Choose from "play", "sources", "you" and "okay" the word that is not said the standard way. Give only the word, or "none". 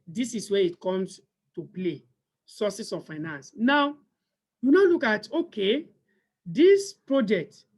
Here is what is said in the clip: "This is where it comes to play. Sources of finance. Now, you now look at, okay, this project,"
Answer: sources